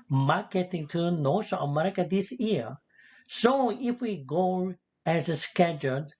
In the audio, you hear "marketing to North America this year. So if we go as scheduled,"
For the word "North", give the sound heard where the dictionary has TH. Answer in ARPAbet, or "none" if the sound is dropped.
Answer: S